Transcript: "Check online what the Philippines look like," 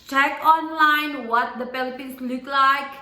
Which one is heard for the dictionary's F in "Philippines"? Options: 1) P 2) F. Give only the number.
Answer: 1